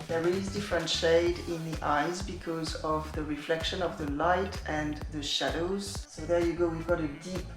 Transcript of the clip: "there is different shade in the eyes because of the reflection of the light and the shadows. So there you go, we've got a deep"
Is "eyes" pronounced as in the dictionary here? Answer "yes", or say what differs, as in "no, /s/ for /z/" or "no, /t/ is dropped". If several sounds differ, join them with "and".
yes